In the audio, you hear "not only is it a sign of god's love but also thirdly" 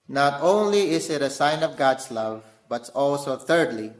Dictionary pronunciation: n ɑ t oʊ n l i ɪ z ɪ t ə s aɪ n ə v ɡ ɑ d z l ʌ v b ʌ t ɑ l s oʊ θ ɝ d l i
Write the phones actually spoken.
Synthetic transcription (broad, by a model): n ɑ t oʊ n l i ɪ s ɪ t ə s aɪ n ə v ɡ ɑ d s l ʌ v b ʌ t ɑ l s oʊ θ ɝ d l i